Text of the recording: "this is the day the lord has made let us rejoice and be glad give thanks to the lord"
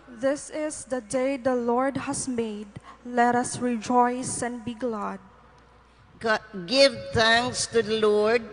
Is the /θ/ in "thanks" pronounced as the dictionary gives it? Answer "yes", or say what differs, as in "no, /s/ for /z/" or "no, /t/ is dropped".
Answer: no, /t/ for /θ/